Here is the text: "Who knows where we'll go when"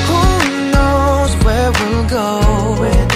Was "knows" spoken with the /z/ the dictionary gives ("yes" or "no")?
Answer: yes